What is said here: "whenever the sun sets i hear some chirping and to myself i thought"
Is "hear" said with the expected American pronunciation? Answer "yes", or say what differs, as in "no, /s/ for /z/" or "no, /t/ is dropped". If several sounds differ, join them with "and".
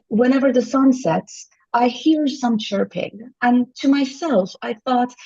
yes